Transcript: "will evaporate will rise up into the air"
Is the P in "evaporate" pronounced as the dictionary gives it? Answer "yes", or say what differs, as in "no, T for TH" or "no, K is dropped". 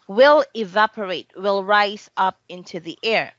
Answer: yes